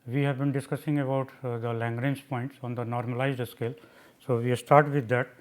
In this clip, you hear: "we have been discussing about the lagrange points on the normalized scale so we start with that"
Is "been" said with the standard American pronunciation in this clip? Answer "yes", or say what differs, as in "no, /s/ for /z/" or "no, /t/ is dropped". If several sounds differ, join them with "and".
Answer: yes